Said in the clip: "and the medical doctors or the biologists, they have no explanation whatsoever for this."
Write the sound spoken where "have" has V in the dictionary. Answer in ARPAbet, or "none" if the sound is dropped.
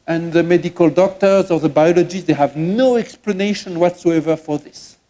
V